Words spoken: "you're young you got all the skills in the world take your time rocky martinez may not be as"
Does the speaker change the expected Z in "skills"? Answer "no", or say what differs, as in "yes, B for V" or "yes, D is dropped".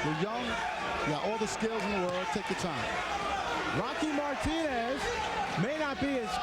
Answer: no